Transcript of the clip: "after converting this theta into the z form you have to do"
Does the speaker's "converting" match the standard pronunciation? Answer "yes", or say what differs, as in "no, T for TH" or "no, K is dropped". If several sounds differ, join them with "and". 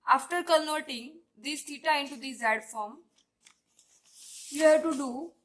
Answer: no, V is dropped